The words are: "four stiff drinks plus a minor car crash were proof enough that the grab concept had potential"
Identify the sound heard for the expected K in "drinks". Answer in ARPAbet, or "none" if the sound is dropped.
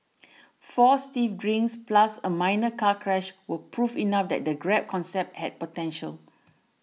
none